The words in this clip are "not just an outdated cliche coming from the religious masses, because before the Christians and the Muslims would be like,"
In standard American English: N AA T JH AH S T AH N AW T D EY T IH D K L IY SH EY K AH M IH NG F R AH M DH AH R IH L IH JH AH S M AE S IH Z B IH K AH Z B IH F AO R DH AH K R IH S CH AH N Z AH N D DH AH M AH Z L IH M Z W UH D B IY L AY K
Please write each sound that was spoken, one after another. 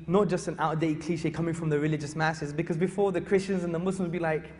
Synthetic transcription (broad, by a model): N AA T JH AH S T AH N AW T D EY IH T K L IY SH EY K AH M IH NG F R AH M DH AH R IH L IH JH AH S M AE S IH Z B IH K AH Z B IH F AO R DH AH K R IH S CH AH N Z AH N DH AH M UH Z L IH M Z B IY L AY K